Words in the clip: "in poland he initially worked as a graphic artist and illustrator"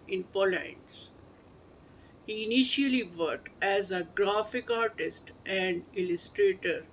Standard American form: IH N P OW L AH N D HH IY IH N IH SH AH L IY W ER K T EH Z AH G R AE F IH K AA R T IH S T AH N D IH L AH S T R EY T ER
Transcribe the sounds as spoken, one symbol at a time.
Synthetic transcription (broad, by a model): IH N P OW L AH N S HH IY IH N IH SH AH L IY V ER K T EH Z AH G R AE F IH K AA R T IH S T AH N D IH L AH S T R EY T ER